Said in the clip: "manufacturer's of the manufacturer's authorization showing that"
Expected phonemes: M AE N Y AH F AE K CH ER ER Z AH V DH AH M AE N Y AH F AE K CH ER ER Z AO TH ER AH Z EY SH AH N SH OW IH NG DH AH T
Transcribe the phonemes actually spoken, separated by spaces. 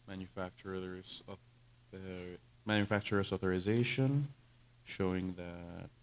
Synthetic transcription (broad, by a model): M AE N Y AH F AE K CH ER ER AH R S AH M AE N Y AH F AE K CH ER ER S AO TH ER AH Z EY SH AH N SH OW IH NG DH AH T